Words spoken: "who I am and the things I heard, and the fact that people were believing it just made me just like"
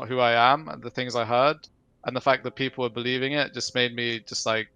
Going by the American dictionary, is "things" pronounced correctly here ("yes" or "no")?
yes